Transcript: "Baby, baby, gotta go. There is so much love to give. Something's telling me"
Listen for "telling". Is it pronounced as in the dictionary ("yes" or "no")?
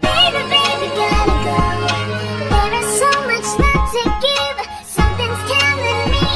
no